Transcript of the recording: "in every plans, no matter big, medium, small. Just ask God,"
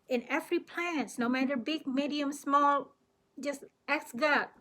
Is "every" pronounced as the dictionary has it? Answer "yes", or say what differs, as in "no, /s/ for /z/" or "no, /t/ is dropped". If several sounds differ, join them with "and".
no, /f/ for /v/